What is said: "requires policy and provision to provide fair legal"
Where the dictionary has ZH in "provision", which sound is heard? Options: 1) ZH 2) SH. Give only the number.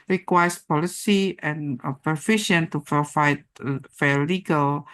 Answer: 2